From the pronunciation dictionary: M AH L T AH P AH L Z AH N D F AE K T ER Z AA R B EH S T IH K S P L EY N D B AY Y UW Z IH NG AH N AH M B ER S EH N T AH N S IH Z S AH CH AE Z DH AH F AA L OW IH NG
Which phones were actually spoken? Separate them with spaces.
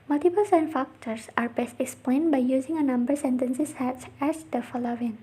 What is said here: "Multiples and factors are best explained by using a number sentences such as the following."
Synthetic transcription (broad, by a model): M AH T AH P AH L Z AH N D F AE K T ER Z AA R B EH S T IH K S P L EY N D B AY Y UW Z IH NG AH N AH M B ER S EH N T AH N S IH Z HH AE S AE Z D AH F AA L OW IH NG